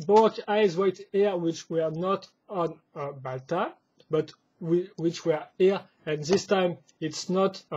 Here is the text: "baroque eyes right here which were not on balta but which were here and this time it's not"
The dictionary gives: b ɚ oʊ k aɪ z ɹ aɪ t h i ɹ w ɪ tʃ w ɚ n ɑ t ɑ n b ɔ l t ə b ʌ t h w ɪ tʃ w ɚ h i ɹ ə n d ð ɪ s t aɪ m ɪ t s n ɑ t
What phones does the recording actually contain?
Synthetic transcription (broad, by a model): b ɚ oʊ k aɪ z w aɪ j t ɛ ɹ w ɪ tʃ w ɚ n ɑ t ɑ n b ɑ l t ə b ʌ t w w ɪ tʃ w ɚ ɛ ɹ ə n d ð ɪ s t aɪ m ɪ t s n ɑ t